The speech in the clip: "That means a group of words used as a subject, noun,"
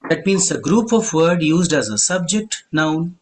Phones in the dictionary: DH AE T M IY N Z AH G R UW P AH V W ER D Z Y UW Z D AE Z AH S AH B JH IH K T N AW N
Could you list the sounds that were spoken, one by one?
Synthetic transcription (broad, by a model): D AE T M IY N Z AH G R UW P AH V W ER D Y UW Z D AE Z AH S AH B JH IH K T N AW N